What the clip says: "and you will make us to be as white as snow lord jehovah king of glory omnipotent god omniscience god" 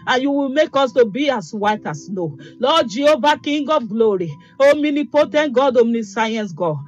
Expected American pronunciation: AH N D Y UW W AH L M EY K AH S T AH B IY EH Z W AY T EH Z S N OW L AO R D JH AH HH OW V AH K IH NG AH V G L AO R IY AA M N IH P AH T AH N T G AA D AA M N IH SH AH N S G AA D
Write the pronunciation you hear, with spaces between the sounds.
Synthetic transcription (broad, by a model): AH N Y UW W AH L M EY K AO S T AH B IY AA S W AY T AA S N OW L AO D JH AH OW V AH K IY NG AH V G L AO R IY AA M N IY P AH T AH N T G AA D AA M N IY S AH N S G AA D